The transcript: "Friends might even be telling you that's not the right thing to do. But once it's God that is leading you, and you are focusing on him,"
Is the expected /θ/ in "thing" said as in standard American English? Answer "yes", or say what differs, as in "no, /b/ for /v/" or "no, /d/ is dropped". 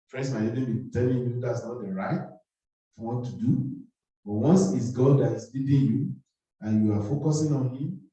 no, /f/ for /θ/